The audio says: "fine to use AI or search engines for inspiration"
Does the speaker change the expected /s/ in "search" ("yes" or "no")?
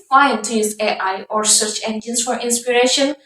no